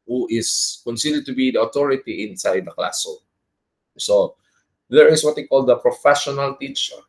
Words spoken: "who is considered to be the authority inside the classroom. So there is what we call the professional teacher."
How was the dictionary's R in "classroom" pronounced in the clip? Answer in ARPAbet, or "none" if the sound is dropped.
none